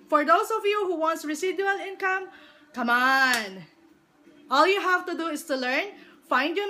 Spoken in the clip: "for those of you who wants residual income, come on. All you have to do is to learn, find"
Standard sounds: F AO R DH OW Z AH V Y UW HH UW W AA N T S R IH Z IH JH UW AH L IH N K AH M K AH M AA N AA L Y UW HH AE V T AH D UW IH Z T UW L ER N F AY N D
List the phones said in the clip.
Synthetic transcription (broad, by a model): F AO R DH OW S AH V Y UW HH UW W AA N T S R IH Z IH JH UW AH L IH N K AH M K AH M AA N AA L Y UW HH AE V T AH D UW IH S T UW L ER N F AY N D